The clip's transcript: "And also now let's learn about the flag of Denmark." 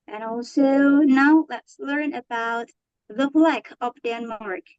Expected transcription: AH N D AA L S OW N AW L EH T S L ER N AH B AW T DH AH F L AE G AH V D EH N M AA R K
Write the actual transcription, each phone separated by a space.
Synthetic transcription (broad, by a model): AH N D AA L S OW N AW L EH T S L ER N AH B AW T DH AH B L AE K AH P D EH N M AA R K